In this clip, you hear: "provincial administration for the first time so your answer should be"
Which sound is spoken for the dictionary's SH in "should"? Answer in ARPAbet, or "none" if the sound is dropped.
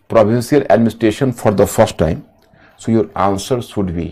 S